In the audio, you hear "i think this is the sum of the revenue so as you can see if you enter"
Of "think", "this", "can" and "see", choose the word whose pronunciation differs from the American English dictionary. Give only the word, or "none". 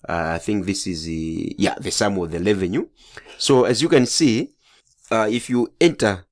none